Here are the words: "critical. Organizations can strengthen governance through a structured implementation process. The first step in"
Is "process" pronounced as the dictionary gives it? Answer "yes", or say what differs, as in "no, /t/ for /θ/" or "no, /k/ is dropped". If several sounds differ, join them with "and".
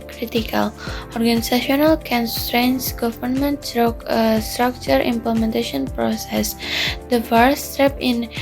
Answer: yes